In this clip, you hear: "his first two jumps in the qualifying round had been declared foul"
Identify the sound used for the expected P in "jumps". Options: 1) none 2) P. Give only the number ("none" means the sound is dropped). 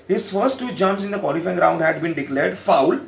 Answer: 1